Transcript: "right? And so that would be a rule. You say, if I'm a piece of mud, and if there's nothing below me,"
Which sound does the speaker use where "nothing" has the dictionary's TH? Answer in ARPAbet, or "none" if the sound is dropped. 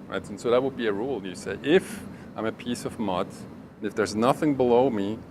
TH